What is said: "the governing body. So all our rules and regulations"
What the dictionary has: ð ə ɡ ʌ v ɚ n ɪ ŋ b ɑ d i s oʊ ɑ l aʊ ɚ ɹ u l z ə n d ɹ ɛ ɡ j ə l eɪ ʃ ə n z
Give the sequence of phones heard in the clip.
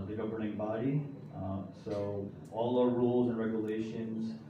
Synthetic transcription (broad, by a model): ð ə ɡ ʌ v ɚ n ɪ ŋ b ɑ d i s oʊ ɑ l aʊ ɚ ɹ u l z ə n ɹ ɛ ɡ j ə l eɪ ʃ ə n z